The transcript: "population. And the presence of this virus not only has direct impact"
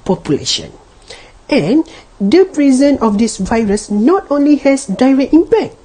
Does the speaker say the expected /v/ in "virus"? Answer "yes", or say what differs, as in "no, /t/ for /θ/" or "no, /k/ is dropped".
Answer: yes